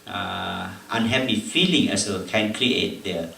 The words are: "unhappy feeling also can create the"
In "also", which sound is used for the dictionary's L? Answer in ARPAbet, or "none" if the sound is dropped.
none